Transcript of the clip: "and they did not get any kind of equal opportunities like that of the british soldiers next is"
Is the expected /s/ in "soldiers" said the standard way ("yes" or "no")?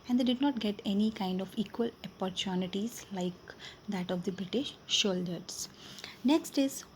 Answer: no